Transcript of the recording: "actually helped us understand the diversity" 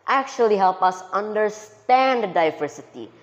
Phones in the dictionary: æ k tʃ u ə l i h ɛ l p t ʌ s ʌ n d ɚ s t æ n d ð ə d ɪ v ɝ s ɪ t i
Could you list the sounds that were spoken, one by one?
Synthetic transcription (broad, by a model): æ k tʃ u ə l i h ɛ l p ʌ s ʌ n d ɚ s t æ n d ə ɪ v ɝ s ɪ t i